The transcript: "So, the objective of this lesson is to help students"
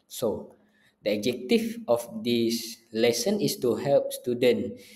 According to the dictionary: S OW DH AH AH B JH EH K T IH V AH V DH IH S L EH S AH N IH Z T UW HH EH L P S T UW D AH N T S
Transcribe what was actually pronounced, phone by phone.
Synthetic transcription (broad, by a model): S OW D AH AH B JH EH K T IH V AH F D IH S L EH S AH N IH S T UW HH EH L P S T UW D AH N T